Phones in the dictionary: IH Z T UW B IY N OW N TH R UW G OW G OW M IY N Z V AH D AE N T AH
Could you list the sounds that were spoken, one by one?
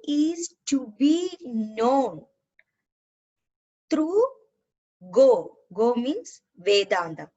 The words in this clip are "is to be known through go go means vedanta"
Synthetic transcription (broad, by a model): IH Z T UW B IY N OW N T R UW G OW G OW M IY N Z V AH D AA N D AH